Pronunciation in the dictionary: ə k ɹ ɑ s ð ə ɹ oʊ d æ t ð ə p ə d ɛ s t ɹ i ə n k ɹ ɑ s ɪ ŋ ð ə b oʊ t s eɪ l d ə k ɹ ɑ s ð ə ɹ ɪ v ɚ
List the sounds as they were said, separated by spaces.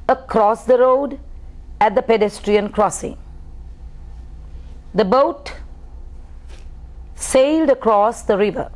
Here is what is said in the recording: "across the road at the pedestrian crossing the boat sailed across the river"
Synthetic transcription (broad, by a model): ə k ɹ ɑ s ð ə ɹ oʊ d æ t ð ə p ə d ɛ s t ɹ i ə n k ɹ ɑ s ɪ ŋ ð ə b oʊ t s eɪ l d ə k ɹ ɑ s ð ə ɹ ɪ v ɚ